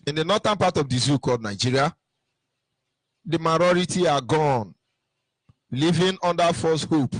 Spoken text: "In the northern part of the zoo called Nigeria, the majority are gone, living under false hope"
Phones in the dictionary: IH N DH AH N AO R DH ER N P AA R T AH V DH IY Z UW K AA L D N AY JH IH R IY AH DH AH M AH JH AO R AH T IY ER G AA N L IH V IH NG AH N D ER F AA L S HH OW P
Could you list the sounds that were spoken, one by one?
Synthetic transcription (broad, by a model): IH N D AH N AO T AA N P AA T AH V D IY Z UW K AA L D N AY JH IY R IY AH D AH M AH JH AO R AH T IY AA G AA N L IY V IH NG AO N D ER F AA S HH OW P